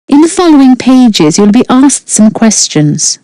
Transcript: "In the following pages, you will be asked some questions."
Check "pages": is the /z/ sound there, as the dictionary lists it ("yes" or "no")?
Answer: yes